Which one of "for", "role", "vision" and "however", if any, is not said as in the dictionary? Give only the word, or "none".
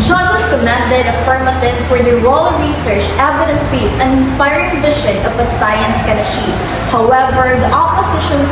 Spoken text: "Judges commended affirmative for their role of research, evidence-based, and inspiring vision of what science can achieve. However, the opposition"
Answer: vision